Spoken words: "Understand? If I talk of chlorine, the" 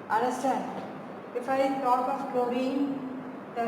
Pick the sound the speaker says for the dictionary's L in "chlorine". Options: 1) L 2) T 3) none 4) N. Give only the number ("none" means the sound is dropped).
3